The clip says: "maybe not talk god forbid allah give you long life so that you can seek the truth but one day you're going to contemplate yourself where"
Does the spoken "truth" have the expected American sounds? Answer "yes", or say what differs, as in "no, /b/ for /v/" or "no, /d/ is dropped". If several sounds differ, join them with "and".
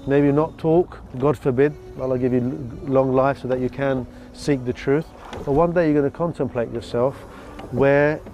yes